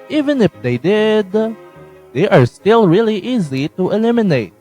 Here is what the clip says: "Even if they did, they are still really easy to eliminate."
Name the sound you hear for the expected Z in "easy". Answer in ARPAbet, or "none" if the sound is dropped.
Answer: Z